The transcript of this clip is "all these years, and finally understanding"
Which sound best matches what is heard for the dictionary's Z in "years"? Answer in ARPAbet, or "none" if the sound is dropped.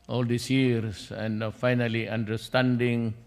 S